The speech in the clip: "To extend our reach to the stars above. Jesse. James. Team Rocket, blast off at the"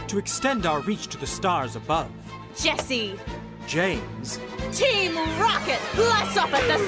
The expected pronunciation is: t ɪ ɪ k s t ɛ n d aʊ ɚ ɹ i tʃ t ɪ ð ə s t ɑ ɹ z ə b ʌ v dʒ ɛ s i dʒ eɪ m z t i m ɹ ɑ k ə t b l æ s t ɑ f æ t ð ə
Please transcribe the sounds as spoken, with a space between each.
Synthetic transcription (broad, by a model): t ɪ ɪ k s t ɛ n d aʊ ɚ ɹ i tʃ t ɪ ð ə s t ɑ ɹ z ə b ʌ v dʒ ɛ s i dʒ eɪ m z t i m ɹ ɑ k ə t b l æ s ɑ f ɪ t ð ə